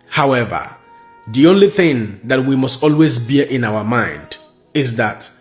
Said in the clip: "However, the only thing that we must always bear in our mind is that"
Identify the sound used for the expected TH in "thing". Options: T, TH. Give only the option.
TH